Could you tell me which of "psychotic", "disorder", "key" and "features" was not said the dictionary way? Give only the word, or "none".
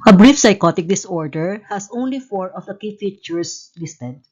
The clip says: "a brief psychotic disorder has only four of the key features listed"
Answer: features